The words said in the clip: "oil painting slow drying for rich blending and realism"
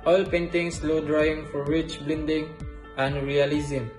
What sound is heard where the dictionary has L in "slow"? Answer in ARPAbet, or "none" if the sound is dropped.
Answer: L